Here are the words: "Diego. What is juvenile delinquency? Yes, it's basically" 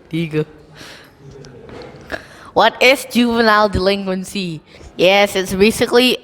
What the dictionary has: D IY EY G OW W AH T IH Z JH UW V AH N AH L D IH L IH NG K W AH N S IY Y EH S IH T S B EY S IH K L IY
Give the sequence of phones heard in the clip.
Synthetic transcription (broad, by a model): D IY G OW W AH T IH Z JH UW V AH N AH L D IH L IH NG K W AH N S IY Y EH S IH T S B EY S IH K L IY